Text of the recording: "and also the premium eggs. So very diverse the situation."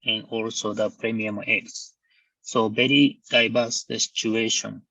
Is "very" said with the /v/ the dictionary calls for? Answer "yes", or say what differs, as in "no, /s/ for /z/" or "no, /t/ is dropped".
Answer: no, /b/ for /v/